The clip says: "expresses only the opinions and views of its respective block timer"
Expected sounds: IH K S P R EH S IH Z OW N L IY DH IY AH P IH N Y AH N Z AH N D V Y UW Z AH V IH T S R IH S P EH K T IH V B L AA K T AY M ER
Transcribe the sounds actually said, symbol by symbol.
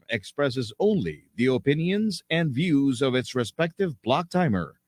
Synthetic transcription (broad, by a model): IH K S P R EH S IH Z OW N L IY DH IY AH P IH N Y AH N Z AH N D V Y UW Z AH V IH T S R IH S P EH K T IH V B L AA K T AY M ER